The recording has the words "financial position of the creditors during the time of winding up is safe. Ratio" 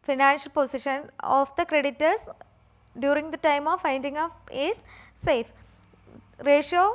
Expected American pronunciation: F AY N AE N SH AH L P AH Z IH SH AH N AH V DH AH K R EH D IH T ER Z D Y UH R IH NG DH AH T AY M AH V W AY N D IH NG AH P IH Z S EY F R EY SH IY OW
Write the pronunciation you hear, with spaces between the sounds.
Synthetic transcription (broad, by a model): F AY N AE N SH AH L P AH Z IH SH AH N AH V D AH K R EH D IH T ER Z D Y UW R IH NG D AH T AY M AH V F AY N D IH NG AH F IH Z S EY F R EY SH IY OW